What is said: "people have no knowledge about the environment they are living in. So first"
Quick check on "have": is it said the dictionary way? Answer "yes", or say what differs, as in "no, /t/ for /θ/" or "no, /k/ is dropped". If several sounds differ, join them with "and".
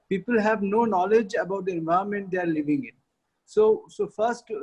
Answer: yes